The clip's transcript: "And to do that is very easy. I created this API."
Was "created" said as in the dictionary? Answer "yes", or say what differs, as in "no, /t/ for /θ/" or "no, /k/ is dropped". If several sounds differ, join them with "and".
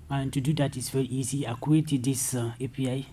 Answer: no, /ɹ/ is dropped